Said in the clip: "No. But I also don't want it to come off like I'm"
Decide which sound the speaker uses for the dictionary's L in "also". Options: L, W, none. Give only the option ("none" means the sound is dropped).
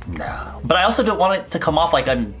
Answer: L